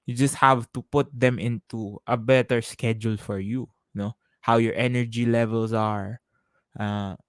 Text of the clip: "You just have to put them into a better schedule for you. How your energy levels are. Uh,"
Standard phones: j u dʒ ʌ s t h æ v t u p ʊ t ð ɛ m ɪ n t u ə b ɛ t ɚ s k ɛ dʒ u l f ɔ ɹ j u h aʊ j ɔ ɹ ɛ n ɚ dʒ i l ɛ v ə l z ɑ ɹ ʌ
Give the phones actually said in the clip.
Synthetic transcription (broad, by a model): j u dʒ ʌ s t h æ v t u p ʊ t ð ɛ m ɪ n t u ə b ɛ t ɚ s k ɛ dʒ u l f ɔ ɹ j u h aʊ j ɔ ɹ ɛ n ɚ dʒ i l ɛ v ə l s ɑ ɹ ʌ